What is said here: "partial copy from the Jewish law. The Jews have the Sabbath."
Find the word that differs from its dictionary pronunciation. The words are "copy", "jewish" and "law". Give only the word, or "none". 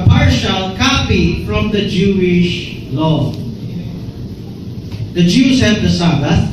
none